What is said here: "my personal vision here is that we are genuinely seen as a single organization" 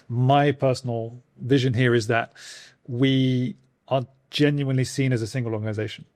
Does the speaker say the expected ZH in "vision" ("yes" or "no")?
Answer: yes